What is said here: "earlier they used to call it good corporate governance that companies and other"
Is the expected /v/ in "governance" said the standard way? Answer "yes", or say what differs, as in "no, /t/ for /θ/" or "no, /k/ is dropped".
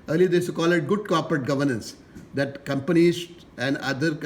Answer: yes